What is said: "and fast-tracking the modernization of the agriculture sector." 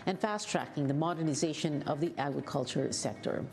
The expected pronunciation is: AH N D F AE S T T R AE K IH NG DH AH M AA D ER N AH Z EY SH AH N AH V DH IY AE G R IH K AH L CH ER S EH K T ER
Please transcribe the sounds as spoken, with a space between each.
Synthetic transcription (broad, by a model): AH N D F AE S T T R AE K IH NG DH AH M AA D ER N AH Z EY SH AH N AH V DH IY AE G R IH K AH L CH ER S EH K T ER